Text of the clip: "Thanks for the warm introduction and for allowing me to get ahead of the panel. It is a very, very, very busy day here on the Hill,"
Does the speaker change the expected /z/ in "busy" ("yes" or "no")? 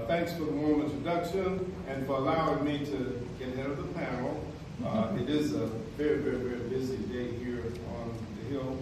no